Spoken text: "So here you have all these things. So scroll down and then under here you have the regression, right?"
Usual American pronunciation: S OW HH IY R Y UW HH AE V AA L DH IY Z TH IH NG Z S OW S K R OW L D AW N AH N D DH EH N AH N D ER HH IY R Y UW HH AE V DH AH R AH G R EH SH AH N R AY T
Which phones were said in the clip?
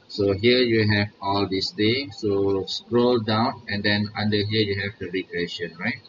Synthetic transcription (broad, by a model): S OW HH IY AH Y UW HH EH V AA L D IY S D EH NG S OW S K R OW L D AW N AH N D EH N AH N D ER HH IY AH Y UW HH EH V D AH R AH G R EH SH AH N R AY T